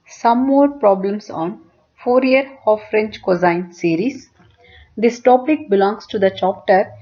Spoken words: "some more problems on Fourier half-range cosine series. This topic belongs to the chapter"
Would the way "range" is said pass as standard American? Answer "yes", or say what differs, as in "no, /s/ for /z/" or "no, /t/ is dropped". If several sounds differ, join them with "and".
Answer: no, /tʃ/ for /dʒ/